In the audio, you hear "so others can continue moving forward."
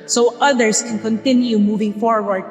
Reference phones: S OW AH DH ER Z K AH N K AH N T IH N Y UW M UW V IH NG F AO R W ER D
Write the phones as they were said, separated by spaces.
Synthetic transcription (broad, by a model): S OW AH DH ER S K AH N K AH N T IH N Y UW M UW V IH NG F AO R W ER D